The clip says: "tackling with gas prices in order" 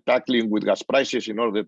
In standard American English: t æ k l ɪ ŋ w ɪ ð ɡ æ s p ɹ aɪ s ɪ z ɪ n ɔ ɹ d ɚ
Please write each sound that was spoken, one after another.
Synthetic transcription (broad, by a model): t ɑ k l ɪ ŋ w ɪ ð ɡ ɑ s p ɹ aɪ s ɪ s ɪ n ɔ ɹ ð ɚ